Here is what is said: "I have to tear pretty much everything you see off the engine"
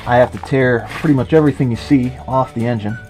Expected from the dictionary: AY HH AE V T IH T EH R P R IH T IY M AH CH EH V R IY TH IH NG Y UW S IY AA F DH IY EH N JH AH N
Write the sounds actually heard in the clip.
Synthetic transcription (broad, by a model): AY HH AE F T IH T EH R P R IH T IY M AH CH EH V R IY TH IH NG Y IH S IY AA F DH IY EH N JH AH N